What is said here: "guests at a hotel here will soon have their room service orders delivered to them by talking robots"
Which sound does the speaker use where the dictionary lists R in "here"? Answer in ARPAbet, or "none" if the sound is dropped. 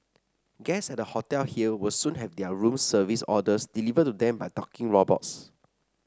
L